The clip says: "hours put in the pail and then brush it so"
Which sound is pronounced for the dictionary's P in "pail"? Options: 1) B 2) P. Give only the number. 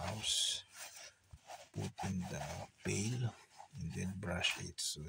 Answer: 1